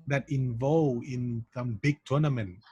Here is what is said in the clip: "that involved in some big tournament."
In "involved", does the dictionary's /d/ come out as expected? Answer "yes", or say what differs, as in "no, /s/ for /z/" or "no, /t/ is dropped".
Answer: no, /d/ is dropped